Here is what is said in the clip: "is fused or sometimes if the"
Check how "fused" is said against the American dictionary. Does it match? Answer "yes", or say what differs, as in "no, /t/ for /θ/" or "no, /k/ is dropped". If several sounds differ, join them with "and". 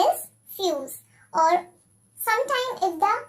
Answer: no, /d/ is dropped